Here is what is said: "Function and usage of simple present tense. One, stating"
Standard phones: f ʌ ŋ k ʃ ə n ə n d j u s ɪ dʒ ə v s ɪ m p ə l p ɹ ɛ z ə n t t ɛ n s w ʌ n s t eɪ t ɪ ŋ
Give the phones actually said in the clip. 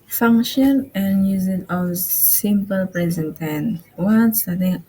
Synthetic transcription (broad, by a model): f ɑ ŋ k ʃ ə n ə n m j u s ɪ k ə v s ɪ m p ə l p ɹ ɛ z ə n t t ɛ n w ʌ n s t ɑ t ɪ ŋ